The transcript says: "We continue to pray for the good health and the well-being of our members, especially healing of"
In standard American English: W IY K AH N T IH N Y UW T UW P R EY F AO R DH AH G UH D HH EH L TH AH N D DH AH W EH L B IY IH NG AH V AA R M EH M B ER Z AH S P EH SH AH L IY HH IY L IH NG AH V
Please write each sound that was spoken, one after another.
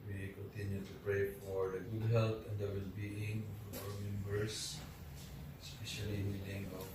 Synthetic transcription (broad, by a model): W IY K AH N T IH N Y UW T UW P R EY F AO R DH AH G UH D HH EH L T AH N D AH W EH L B IY IH NG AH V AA W M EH M B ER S S P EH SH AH L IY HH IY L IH NG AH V